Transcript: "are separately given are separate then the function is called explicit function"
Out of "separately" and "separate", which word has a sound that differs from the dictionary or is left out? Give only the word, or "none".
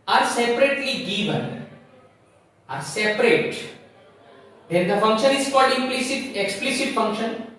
none